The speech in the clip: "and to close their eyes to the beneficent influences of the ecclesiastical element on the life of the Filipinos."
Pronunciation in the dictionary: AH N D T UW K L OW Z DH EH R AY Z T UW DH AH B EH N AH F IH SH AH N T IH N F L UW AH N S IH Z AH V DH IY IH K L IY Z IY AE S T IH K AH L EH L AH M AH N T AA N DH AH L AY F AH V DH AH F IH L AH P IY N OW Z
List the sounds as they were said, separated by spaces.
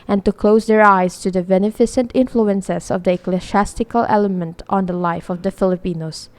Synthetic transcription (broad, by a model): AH N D T UW K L OW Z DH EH R AY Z T UW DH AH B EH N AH F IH S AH N T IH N F L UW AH N S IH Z AH V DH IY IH K L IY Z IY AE S T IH K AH L EH L AH M AH N T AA N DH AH L AY F AH V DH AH F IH L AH P IY N OW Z